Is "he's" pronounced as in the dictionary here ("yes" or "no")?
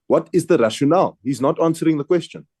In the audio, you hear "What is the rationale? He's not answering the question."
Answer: yes